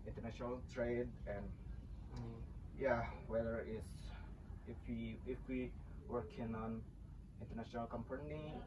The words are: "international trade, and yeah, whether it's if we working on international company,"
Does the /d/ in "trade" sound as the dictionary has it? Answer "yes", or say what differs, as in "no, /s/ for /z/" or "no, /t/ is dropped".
yes